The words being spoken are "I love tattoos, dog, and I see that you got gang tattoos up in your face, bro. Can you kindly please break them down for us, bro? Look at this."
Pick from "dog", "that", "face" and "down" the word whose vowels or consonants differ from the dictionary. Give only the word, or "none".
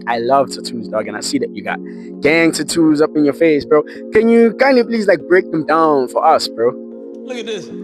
none